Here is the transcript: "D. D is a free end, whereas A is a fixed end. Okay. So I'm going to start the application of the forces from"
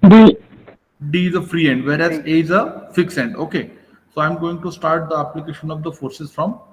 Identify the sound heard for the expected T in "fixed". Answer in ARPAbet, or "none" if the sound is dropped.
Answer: none